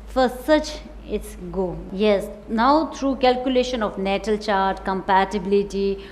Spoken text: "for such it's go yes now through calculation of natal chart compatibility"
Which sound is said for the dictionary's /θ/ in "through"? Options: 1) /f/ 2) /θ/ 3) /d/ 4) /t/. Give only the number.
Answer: 4